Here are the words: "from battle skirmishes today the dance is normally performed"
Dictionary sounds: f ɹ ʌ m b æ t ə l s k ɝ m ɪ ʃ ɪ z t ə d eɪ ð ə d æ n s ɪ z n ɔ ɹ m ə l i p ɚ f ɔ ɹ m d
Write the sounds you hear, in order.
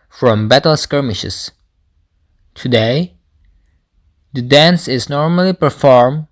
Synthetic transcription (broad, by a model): f ɹ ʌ m b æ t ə l s k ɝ m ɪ ʃ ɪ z t ə d eɪ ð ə d æ n s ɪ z n ɔ ɹ m ə l i p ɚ f ɔ ɹ m